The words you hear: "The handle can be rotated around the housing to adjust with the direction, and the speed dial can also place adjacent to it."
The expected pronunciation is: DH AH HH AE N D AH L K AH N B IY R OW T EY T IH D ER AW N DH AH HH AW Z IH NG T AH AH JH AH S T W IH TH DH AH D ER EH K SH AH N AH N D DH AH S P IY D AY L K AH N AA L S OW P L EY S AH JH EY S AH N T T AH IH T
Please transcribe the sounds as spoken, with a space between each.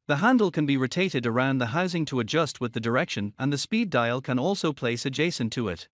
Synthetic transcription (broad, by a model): DH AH HH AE N D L K AH N B IY R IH T EY T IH D ER AW N DH AH HH AW Z IH NG T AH AH JH AH S T W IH DH AH D ER EH K SH AH N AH N DH AH S P IY D AY L K AH N AA L S OW P L EY S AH JH EY S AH N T T AH IH T